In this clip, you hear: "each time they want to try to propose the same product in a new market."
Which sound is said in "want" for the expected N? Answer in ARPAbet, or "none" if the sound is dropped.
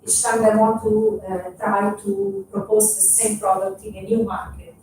none